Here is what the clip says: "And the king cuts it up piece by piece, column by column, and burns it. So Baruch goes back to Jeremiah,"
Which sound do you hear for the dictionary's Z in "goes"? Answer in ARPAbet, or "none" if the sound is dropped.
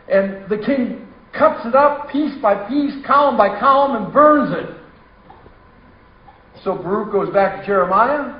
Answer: Z